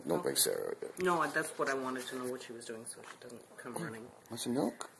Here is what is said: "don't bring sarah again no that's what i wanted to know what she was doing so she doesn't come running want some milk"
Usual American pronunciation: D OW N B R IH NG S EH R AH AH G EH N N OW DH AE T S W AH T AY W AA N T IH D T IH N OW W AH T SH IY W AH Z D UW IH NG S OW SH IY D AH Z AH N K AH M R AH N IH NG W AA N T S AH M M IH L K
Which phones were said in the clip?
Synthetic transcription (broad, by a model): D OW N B IH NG S EH R AH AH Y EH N N OW DH AE T S W AH T AY W AA N T IH D T IH N OW W AH T SH IY W AH Z D UW IH NG S OW SH IY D AH Z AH N K AH M R AH N IH NG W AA T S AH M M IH L K